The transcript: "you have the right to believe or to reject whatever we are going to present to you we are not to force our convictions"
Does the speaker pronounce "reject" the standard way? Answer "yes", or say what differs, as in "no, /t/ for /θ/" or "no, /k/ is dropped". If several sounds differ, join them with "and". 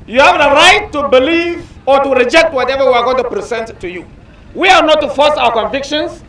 yes